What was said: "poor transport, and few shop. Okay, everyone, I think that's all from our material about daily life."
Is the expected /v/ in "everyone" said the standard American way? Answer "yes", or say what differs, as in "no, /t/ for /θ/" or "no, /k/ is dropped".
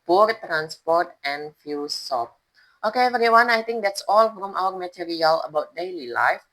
no, /v/ is dropped